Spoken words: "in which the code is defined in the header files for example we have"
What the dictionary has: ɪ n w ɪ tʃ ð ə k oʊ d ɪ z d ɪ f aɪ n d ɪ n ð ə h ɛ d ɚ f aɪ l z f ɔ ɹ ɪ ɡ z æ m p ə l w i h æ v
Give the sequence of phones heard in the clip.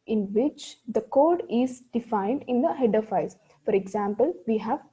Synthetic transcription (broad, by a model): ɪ n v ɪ tʃ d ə k oʊ d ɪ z d ɪ f aɪ n d ɪ n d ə h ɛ d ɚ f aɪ z f ɔ ɹ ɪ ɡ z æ m p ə l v i h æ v